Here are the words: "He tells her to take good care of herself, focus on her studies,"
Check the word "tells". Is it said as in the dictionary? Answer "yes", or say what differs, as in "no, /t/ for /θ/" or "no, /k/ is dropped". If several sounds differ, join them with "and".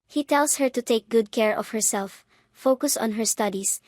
no, /s/ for /z/